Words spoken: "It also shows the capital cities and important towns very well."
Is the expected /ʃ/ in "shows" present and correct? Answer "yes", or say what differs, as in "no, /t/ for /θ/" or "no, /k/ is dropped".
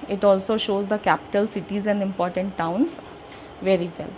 yes